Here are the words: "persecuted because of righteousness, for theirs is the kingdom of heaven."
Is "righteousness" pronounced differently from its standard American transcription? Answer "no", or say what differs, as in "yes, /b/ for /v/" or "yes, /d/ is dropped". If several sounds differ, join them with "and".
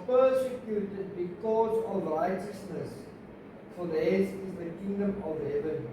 no